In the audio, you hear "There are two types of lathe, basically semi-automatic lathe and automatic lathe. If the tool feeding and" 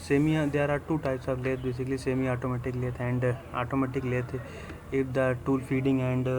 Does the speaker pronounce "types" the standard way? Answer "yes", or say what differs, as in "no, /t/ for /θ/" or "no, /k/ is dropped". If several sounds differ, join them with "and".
yes